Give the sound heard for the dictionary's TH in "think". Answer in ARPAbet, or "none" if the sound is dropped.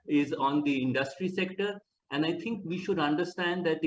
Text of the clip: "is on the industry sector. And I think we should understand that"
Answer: T